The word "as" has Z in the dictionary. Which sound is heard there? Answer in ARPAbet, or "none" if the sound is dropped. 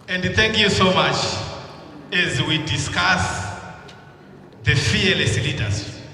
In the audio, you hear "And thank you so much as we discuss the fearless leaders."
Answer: Z